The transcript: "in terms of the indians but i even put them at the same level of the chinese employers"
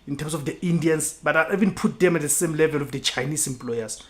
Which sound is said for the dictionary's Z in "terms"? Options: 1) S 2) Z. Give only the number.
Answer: 1